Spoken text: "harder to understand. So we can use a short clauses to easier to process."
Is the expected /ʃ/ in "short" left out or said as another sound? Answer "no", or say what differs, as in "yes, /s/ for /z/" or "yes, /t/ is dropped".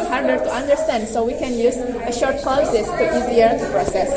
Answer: no